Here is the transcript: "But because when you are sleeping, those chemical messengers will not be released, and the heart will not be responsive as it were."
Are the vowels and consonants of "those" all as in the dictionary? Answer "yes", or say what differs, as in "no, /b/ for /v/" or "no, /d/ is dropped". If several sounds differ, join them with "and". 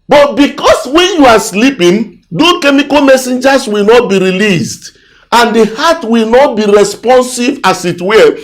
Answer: no, /z/ is dropped